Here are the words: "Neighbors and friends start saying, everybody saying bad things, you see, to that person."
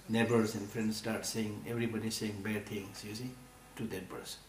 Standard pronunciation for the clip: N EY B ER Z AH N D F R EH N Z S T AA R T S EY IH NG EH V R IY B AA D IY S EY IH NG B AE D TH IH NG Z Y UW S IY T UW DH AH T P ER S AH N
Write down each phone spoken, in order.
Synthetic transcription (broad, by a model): N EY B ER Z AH N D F R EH N S T AA R T S EY IH NG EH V R IY B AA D IY S EY IH NG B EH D T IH NG S Y UW S IY T UW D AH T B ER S